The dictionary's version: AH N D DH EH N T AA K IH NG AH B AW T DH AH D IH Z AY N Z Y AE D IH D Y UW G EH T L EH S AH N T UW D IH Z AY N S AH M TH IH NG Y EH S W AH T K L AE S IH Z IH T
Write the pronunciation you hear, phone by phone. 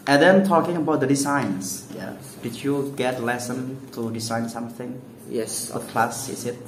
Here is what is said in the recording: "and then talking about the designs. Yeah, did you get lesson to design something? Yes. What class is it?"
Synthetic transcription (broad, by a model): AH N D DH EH N T AA K IH NG AH B AW T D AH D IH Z AY N S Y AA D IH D Y UW G EH T L EH S AH N T UW D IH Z AY N S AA M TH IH NG Y EH S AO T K L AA S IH S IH T